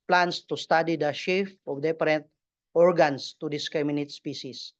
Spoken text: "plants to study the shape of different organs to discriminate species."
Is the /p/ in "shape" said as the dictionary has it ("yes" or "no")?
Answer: no